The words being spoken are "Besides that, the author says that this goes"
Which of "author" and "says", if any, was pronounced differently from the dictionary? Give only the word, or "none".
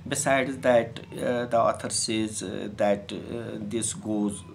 author